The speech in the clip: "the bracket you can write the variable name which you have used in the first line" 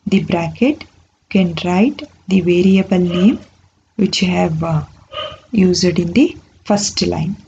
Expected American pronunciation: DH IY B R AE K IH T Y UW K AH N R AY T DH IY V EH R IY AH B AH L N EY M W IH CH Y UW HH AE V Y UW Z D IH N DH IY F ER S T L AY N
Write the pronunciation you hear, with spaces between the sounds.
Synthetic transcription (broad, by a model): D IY B R AE K IH T K AH N R AY T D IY V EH R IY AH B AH L N EY M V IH CH HH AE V Y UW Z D IH N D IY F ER S T L AY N